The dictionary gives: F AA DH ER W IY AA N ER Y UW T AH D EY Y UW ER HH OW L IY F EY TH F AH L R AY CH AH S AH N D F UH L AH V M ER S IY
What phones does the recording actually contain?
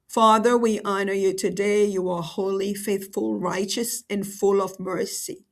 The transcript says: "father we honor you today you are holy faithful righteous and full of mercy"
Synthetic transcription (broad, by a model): F AA DH ER W IY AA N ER Y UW T AH D EY Y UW ER HH OW L IY F EY TH F AH L R AY CH AH S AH N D F UH L AH V M ER S IY